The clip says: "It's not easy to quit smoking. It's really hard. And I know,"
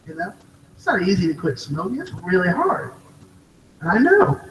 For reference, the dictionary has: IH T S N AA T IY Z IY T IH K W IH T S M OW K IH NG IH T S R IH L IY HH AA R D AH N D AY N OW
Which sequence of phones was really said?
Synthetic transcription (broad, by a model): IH T S N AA T IY Z IY T IH K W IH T S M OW IH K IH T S R IH L IY HH AA R D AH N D AY N OW